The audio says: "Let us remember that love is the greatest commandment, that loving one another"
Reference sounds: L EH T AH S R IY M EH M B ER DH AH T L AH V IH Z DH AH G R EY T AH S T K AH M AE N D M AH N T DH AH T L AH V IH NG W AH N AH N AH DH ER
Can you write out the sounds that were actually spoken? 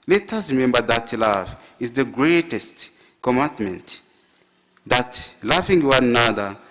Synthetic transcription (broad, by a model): L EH T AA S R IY M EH M B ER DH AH T L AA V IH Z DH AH G R EY T AH S T K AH M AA N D M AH N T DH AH T L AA F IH NG W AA N N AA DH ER